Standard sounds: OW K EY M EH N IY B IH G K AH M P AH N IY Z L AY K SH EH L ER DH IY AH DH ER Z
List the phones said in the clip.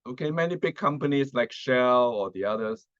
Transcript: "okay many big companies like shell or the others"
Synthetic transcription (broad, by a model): OW K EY M EH N IY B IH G K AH M P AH N IY S L AY K SH EH L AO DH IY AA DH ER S